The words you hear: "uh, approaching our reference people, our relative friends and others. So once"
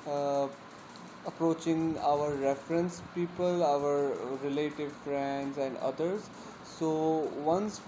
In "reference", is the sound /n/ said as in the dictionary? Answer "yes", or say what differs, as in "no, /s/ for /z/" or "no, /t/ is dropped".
yes